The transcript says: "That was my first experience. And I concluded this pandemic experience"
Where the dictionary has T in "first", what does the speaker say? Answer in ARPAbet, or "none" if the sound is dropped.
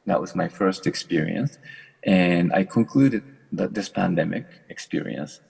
T